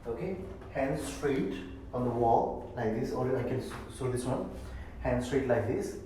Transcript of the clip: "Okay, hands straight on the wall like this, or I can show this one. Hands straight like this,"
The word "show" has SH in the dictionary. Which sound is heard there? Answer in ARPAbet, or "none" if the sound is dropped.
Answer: S